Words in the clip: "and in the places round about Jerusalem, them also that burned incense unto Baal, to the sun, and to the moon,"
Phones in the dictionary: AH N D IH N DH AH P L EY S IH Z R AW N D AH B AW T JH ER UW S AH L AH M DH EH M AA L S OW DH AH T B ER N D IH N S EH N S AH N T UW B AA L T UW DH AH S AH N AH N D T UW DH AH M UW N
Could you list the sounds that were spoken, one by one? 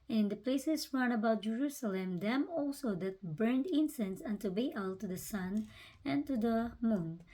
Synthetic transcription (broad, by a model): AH N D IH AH P L EY S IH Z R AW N AH B AW T JH ER UW S AH L AH M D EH M AA L S OW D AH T B ER N D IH N S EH N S AH N T UW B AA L T UW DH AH S AH N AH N T UW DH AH M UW N